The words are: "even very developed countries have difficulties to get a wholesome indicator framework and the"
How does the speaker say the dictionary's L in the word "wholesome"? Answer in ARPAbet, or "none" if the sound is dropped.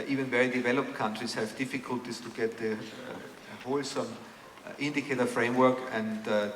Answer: L